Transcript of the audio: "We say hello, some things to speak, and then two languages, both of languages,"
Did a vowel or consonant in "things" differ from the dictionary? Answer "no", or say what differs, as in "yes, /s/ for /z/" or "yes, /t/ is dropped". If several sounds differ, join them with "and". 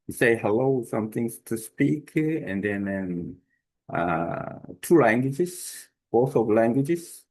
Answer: yes, /t/ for /θ/ and /s/ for /z/